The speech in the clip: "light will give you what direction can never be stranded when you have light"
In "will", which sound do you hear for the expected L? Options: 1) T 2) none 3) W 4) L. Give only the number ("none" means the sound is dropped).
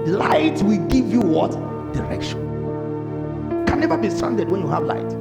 4